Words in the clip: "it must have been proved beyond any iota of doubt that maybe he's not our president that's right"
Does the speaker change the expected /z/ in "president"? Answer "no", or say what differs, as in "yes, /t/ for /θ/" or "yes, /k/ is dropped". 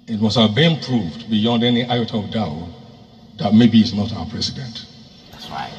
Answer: yes, /s/ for /z/